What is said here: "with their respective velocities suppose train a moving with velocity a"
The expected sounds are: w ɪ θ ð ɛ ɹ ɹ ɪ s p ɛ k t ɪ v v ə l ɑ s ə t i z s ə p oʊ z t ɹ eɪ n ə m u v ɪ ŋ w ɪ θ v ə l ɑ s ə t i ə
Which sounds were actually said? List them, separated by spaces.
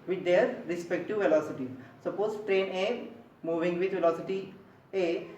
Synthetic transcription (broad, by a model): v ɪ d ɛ ɹ ɹ ɪ s p ɛ k t ɪ v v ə l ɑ s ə t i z s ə p oʊ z t ɹ eɪ n ə m u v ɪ ŋ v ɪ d v ə l ɑ s ə t i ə